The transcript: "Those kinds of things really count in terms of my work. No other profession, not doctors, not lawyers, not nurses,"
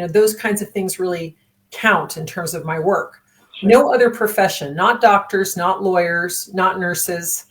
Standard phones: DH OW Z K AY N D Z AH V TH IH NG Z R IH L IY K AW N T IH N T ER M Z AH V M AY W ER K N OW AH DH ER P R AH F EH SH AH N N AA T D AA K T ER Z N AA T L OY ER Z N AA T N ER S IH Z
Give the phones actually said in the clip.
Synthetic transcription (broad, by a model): DH OW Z K AY N D Z AH V TH IH NG Z R IH L IY K AW N T IH N T ER M Z AH V M AY W ER K N OW AH DH ER P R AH F EH SH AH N N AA T D AA K T ER Z N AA T L OY ER Z N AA T N ER S IH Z